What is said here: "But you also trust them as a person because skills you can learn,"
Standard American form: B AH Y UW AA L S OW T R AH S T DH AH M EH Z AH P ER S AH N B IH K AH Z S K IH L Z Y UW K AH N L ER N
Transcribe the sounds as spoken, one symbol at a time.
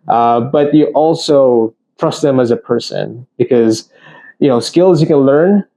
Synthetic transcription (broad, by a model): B AH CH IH AA L S OW T R AH S T DH AH M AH Z AH P ER S AH N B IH K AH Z S K IH L Z Y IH K AH N L ER N